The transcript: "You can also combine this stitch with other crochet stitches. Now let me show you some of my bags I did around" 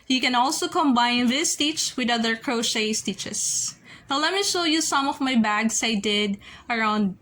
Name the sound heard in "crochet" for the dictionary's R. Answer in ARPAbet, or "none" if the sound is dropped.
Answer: R